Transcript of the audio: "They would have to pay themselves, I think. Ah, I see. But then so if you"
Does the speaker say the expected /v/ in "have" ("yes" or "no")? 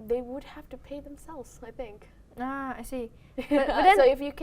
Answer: no